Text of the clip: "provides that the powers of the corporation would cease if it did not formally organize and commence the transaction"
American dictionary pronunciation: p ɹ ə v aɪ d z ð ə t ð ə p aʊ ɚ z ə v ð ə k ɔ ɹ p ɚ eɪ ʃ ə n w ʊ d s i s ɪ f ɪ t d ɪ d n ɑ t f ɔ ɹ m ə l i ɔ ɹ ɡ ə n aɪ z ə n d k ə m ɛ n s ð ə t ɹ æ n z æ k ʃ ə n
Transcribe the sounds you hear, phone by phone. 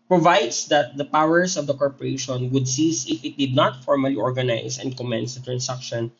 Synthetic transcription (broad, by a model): p ɹ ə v aɪ d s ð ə t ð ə p aʊ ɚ s ə v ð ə k ɔ ɹ p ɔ eɪ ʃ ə n w ʊ d s i s ɪ f ɪ t d ɪ d n ɑ t f ɔ ɹ m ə l i ɔ ɹ ɡ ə n aɪ s ə n d k ə m ɛ n s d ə t ɹ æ n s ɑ k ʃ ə n